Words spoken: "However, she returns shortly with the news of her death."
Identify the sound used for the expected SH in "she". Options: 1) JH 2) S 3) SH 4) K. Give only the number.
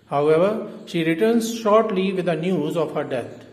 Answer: 3